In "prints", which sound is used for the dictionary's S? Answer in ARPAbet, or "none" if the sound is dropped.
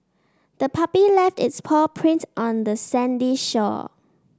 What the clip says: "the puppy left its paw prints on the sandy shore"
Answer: none